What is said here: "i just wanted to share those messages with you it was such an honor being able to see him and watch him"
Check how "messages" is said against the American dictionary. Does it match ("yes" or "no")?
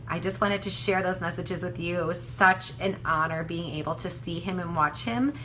yes